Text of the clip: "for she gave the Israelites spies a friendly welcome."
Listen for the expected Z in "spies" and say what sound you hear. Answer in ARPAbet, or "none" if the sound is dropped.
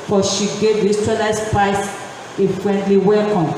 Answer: S